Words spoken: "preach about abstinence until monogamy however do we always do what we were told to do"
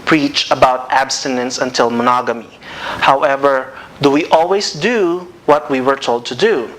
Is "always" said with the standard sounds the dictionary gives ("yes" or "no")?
no